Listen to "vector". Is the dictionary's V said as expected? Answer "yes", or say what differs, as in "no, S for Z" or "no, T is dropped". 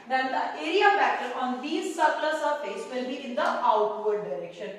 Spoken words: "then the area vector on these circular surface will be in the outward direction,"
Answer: no, F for V